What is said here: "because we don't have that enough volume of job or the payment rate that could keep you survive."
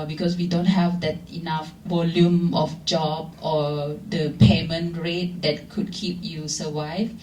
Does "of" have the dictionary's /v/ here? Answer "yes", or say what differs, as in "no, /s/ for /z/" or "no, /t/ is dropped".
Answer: no, /f/ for /v/